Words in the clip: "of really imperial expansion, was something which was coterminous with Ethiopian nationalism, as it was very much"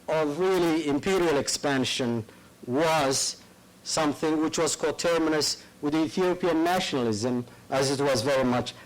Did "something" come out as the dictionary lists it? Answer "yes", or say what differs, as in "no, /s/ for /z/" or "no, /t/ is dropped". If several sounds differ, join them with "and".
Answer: yes